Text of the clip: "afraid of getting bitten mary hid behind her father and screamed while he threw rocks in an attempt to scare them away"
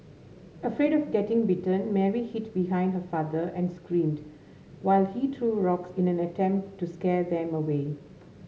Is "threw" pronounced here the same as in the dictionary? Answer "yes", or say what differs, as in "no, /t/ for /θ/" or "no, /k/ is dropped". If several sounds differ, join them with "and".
no, /t/ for /θ/